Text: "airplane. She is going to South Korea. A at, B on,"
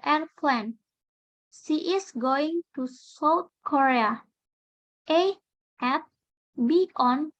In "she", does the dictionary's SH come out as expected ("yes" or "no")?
no